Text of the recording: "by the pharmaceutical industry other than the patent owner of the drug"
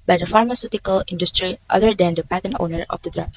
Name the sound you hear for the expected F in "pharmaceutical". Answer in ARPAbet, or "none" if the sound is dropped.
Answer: F